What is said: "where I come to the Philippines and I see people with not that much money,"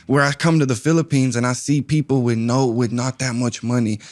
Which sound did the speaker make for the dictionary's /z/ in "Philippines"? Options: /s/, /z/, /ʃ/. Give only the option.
/z/